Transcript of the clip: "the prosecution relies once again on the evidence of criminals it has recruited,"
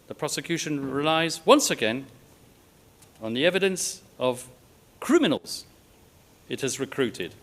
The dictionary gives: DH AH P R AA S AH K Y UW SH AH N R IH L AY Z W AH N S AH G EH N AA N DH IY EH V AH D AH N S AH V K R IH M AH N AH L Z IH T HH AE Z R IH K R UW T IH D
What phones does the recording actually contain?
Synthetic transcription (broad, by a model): DH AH P R AA S AH K Y UW SH AH N R IH L AY Z W AH N S AH G EH N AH N DH IY EH V AH D AH N S AH V K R IH M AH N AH L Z IH T HH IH Z R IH K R UW T IH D